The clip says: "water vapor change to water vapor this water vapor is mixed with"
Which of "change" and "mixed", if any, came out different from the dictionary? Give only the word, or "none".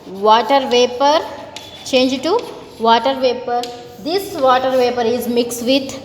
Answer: none